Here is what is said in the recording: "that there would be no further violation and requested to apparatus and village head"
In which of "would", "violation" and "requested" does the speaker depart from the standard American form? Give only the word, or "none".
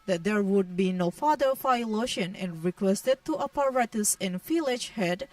violation